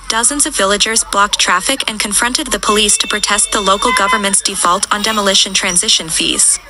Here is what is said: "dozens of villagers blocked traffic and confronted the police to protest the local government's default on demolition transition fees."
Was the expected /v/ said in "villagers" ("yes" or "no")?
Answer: yes